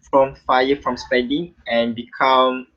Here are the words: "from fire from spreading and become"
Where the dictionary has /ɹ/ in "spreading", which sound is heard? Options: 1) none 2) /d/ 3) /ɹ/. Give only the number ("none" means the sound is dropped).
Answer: 1